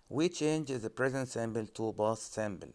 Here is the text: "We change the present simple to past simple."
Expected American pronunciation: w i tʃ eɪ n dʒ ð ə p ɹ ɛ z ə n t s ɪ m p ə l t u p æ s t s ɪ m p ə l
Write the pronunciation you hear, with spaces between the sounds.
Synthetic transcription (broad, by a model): w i tʃ eɪ n dʒ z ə p ɹ ɛ z ə n t s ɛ m b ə l t u b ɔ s s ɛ m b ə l